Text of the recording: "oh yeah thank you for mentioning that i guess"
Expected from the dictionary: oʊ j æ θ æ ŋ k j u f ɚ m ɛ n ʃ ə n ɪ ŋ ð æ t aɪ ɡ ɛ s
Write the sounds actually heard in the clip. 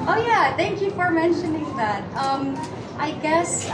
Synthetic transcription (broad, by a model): oʊ j æ θ æ ŋ k j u f ɚ m ɛ n ʃ ə n ɪ ŋ ð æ t aɪ ɡ ɛ s